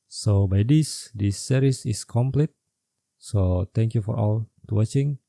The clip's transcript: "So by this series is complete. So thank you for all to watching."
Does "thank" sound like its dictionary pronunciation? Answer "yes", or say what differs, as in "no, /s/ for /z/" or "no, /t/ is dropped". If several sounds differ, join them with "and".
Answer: no, /t/ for /θ/